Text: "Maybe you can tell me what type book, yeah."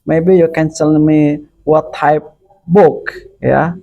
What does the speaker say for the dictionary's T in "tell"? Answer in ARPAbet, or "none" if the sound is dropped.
S